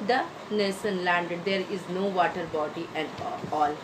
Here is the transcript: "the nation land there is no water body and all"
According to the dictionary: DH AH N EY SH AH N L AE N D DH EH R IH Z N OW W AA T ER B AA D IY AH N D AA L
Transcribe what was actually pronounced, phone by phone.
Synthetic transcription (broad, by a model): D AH N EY S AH N L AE N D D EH R IH Z N OW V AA T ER B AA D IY AH N D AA L